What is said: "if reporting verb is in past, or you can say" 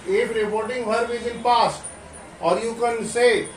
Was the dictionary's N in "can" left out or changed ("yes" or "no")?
no